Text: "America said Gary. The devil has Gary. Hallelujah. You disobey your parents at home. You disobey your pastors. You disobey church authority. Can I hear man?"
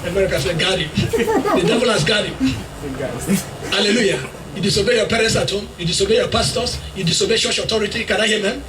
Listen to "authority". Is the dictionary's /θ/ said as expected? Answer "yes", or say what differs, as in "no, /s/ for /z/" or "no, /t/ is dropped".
no, /t/ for /θ/